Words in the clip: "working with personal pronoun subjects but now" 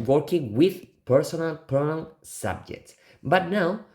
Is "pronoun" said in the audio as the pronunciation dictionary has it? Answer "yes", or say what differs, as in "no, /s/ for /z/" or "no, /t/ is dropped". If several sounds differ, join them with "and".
no, /ɹ/ is dropped and /l/ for /n/